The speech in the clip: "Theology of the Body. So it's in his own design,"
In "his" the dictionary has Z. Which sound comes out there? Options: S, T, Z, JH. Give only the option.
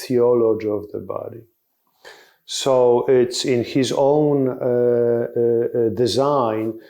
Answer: Z